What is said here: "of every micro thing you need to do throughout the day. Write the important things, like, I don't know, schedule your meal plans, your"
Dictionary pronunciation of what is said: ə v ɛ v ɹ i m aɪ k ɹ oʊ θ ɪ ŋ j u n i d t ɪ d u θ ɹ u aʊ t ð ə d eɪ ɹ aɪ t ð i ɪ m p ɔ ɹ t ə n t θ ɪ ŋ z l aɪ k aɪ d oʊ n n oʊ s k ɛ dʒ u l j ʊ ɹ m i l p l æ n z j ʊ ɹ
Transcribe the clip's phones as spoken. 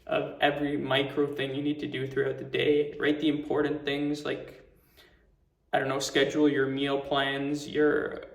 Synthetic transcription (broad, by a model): ə v ɛ v ɹ i m aɪ k ɹ oʊ θ ɪ ŋ j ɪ n i d t ɪ d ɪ θ ɹ u aʊ t ð ə d eɪ ɹ aɪ t ð i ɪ m p ɔ ɹ t n θ ɪ ŋ z l aɪ k aɪ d oʊ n n oʊ s k ɛ dʒ l j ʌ ɹ m i l p l æ n z j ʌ ɹ